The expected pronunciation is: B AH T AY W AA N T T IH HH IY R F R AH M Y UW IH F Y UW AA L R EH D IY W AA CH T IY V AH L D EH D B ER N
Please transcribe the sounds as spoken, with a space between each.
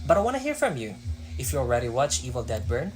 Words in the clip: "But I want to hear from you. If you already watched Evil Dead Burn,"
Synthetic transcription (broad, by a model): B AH T AY W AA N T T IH HH IY R F R AH M Y UW IH F Y UW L R EH D IY W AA CH IY V AH L D EH D B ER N